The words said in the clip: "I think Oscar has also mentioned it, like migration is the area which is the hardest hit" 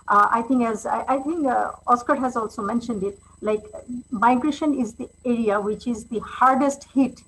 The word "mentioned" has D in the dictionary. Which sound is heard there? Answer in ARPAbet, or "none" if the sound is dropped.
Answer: D